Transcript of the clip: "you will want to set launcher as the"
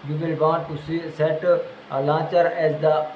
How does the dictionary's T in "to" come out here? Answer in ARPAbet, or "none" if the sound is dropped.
S